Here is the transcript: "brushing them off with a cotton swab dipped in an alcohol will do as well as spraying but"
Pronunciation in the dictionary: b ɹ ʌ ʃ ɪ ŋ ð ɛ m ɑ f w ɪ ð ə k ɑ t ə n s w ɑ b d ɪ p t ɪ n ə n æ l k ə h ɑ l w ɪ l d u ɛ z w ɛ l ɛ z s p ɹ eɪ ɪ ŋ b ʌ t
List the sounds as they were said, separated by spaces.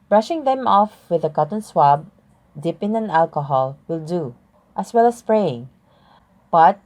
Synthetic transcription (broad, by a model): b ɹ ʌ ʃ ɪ ŋ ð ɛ m ɑ f w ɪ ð ə k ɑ t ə n s w ɑ b d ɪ p ɪ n ə n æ l k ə h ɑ l w ɪ l d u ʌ s w ɛ l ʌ s p ɹ eɪ ɪ ŋ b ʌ t